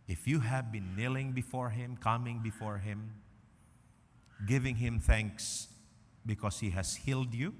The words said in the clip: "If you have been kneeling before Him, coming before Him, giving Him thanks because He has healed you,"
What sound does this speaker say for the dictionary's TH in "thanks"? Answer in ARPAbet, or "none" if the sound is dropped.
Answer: TH